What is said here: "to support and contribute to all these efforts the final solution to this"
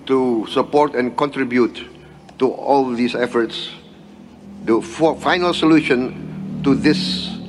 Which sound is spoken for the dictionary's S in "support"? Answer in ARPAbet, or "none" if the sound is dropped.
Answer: S